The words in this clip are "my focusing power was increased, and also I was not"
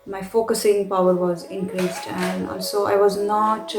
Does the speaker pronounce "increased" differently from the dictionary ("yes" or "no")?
no